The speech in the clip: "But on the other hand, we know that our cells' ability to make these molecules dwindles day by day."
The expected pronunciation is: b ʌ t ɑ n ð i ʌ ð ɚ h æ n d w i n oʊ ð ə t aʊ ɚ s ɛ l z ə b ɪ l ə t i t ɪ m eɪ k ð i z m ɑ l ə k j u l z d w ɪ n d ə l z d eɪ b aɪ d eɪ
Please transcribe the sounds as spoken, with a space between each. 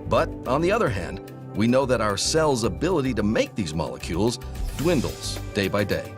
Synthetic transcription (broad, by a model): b ʌ t n ð i ʌ ð ɚ h æ n d w i n oʊ ð ə t aʊ ɚ s ɛ l z ə b ɪ l ə t i t ɪ m eɪ k ð i z m ɑ l ə k j u l z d w ɪ n d l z d eɪ b aɪ d eɪ